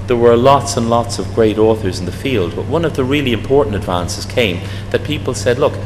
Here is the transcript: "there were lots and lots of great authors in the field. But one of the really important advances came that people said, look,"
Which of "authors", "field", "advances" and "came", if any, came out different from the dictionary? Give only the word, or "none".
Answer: none